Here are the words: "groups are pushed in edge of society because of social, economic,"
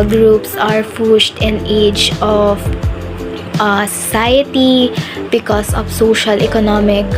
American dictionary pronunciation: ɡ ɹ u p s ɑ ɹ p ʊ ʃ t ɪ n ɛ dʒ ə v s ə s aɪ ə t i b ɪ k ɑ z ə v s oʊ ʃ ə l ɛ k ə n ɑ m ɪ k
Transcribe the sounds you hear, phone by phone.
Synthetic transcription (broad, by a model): ɡ ɹ u p s ɑ ɹ f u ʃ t ɪ n ɛ dʒ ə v s ə s aɪ ə t i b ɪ k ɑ s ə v s oʊ ʃ ə l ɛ k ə n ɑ m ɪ k